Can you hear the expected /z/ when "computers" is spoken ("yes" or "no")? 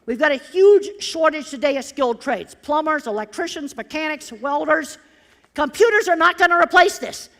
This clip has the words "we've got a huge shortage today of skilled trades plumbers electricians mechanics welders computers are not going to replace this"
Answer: yes